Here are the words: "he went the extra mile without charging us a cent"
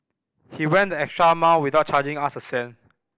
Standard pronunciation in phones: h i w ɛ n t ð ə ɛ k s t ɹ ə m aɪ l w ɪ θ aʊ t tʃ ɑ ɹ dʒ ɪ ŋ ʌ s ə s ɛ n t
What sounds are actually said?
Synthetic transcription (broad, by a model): h i w ɛ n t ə ɛ k s t ɹ ə m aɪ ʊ w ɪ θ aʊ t tʃ ɑ dʒ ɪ ŋ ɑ s ə s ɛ n